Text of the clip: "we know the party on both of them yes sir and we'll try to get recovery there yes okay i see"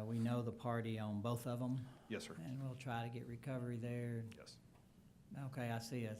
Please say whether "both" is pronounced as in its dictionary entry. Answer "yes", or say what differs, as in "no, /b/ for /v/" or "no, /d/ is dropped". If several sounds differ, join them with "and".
yes